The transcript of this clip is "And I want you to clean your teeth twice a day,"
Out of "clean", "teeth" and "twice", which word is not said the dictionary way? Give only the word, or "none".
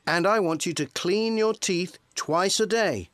none